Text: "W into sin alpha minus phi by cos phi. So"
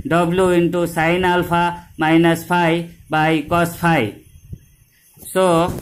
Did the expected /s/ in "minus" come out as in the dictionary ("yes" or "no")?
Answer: yes